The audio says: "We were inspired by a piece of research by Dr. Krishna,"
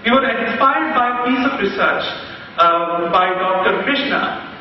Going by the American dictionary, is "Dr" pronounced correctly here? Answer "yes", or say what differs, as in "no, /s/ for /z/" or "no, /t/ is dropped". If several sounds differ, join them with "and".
yes